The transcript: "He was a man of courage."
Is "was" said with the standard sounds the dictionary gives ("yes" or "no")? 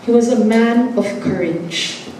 yes